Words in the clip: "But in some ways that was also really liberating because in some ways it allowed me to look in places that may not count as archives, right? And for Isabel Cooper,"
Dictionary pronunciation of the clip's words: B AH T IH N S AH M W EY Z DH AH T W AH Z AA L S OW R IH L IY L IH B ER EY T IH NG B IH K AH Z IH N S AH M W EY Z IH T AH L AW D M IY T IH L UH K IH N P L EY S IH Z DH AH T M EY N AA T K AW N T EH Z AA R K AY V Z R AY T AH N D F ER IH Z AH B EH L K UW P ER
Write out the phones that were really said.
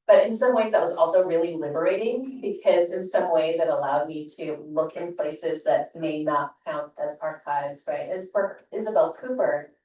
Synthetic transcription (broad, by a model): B AH T IH N S AH M W EY Z DH AH T W AH Z AA L S OW R IH L IY L IH B ER EY T IH NG B IH K AH Z IH N S AH M W EY Z IH T AH L AW D M IY T IH L UH K IH N P L EY S IH Z DH AH T M EY N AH T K AW N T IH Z AA R K AY V Z R AY T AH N F ER IH Z AH B EH L K UW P ER